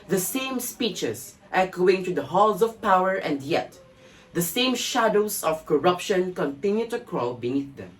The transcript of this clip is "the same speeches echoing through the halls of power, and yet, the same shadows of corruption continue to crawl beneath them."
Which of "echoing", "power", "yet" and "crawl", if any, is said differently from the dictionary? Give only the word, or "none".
none